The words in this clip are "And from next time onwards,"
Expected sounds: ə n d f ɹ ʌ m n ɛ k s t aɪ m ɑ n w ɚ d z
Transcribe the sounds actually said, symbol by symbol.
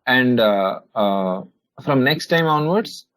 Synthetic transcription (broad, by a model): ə n d f ɹ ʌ m n ɛ k s t aɪ m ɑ n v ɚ d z